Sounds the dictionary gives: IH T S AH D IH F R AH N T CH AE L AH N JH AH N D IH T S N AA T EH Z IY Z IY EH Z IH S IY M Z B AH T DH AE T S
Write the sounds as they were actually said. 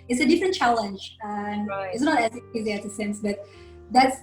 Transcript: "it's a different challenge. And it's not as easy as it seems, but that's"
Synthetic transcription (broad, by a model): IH T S AH D IH F R AH N T CH AE L AH N JH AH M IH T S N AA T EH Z IY Z IY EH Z IH S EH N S B AH T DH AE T S